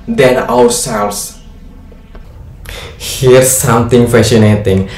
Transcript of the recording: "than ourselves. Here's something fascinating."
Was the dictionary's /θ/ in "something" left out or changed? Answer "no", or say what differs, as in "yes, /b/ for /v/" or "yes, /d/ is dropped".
yes, /t/ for /θ/